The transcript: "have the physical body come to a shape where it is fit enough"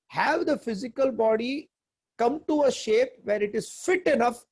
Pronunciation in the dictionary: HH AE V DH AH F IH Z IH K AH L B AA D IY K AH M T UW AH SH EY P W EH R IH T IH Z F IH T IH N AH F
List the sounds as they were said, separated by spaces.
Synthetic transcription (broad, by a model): HH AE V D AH F IH Z IH K AH L B AA D IY K AH M T UW AH SH EY P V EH R IH T IH Z F IH T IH N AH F